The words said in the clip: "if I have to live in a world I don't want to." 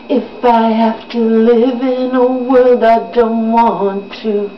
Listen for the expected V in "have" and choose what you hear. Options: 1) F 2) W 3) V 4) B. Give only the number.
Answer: 1